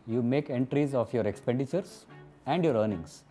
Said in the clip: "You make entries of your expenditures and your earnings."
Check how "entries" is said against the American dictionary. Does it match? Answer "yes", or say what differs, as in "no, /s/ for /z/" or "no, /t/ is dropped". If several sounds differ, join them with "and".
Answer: yes